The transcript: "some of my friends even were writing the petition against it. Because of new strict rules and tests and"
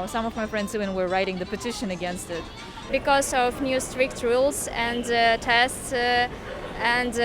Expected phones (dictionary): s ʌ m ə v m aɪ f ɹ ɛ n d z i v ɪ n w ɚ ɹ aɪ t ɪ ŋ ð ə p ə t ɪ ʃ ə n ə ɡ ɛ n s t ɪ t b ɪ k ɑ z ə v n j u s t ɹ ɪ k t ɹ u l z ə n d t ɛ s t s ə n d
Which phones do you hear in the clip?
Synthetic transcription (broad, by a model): s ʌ m ə v m aɪ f ɹ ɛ n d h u ɪ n w ɚ ɹ aɪ t ɪ ŋ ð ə p ə t ɪ ʃ ə n ə ɡ ɛ n s t ɪ t b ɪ k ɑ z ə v n j u s t ɹ ɪ k t ɹ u l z ə n d t ɛ s t s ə n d